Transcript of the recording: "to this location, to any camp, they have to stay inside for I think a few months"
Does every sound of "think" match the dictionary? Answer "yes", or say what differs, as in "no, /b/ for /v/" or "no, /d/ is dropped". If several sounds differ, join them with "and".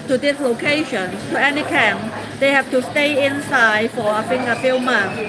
no, /f/ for /θ/ and /k/ is dropped